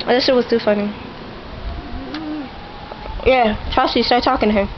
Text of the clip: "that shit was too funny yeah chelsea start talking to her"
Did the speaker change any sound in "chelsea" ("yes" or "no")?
yes